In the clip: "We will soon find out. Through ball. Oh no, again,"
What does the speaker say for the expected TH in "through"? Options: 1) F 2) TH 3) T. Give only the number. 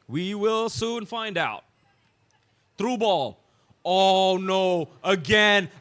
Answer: 3